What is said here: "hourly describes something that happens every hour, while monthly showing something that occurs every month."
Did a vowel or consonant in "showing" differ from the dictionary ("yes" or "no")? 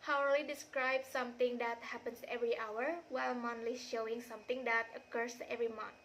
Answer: no